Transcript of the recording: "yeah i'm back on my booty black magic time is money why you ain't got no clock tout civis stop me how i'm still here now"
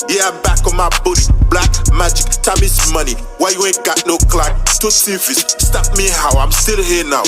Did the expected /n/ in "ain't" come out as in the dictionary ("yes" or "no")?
no